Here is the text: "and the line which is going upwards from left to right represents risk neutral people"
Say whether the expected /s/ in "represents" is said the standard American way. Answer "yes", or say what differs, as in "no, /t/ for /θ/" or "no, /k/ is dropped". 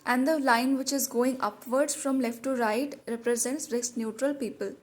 yes